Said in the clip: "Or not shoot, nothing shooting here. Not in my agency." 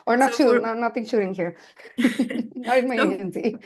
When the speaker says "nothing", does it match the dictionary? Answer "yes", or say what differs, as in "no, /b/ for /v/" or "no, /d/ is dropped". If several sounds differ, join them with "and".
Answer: no, /t/ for /θ/